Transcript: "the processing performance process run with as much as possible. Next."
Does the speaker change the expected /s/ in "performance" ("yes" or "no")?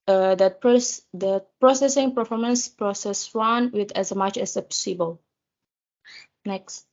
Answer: no